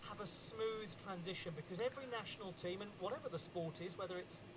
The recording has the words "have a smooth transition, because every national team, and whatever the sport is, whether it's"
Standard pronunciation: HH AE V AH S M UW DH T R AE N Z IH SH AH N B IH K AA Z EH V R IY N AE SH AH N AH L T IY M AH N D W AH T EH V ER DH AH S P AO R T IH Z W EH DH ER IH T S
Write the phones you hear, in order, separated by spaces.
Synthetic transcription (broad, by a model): HH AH V AH S M UW DH T R AE N Z IH SH AH N B IH K AA Z EH V R IY N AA SH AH N AH L T IY M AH N W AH T EH V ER DH AH S P AO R T IH Z W EH DH ER IH T S